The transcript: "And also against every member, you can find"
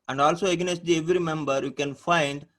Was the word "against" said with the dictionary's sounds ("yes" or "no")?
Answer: no